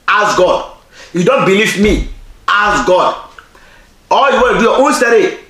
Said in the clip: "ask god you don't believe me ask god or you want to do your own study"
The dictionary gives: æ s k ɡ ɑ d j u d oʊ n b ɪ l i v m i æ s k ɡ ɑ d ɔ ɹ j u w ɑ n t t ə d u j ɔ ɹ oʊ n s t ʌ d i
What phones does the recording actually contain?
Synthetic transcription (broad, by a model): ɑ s ɡ ɑ d j u d oʊ n b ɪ l i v m i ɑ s ɡ ɑ d ɔ l j u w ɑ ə d u j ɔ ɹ oʊ n s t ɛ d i